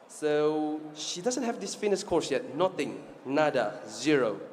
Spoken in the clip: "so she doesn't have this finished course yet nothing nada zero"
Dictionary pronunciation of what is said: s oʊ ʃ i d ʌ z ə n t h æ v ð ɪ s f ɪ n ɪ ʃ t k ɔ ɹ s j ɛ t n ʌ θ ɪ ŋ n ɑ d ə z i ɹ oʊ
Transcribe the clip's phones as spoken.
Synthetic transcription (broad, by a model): s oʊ ʃ i d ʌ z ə n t h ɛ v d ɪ s f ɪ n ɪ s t k ɔ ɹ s j ɛ t n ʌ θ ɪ ŋ n ɑ d ə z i ɹ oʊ